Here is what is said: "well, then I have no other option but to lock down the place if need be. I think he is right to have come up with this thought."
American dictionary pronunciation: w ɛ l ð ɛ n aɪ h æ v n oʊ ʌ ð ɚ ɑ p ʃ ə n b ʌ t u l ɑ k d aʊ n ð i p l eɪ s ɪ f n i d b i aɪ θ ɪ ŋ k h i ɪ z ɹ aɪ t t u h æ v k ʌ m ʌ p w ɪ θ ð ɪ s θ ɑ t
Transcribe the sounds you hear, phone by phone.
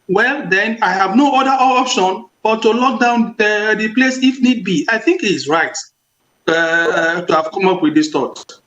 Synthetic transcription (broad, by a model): w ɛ l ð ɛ n aɪ h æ v n oʊ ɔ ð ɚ ɑ p ʃ ə n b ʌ t u l ɑ k d aʊ n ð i p l eɪ s ɪ f n i d b i aɪ θ ɪ ŋ k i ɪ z ɹ aɪ t t u h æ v k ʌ m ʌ p w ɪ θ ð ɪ s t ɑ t